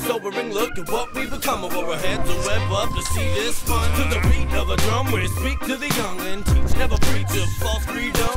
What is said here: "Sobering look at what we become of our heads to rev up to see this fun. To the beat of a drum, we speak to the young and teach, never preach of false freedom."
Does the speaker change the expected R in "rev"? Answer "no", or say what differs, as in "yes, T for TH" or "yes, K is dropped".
yes, W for R